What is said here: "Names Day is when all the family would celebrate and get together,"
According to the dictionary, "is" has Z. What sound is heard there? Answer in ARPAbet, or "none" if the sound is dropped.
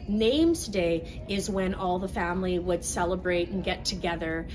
Z